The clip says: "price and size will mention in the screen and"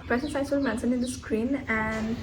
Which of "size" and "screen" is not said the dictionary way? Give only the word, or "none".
size